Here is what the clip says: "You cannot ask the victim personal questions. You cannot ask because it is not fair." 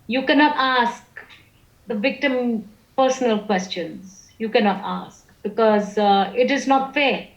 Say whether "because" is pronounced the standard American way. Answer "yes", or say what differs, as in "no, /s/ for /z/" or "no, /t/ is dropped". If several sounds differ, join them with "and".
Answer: yes